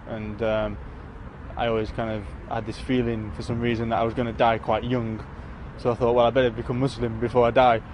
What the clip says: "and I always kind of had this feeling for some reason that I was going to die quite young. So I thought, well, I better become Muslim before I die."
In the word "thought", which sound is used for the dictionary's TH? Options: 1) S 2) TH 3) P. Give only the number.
2